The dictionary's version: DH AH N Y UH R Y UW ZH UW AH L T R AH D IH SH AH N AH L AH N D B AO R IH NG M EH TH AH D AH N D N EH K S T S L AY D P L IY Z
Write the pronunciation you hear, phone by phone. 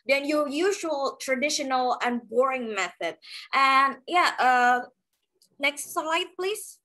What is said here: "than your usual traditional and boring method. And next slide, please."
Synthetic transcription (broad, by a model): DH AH N Y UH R Y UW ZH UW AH L T R AH D IH SH AH N AH L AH N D B AO R IH NG M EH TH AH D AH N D N EH K S T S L AY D P L IY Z